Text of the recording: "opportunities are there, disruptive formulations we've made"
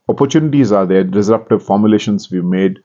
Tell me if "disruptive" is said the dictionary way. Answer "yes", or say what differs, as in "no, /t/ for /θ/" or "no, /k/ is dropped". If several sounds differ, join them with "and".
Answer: no, /s/ is dropped